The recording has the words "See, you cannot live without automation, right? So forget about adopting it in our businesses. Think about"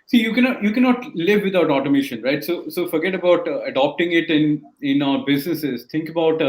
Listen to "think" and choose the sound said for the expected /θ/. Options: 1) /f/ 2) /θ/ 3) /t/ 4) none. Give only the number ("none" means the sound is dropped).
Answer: 3